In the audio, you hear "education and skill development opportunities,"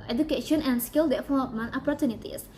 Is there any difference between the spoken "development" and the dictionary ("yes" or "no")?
yes